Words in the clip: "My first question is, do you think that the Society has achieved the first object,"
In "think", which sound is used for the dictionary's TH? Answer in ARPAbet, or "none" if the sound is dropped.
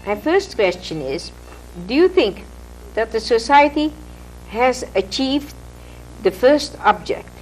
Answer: TH